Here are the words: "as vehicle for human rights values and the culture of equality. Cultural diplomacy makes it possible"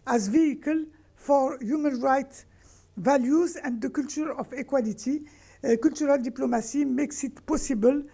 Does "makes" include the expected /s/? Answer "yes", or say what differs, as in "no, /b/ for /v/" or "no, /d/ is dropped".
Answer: yes